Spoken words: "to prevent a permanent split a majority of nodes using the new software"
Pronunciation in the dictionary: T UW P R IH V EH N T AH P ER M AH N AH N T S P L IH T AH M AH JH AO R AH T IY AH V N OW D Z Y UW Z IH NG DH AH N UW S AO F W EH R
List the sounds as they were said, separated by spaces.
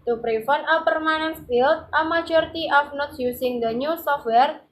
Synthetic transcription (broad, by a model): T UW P R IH F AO N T AH P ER M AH N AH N S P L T AH M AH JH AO R T IY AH F N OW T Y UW S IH NG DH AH N UW S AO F W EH R